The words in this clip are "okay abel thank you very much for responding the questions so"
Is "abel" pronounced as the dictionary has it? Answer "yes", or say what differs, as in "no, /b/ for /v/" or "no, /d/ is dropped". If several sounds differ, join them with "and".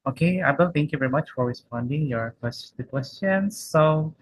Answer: no, /b/ is dropped